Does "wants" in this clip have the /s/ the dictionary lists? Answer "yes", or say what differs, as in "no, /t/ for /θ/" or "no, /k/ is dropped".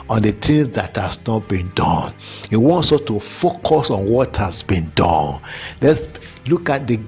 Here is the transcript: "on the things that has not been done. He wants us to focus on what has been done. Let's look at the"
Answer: yes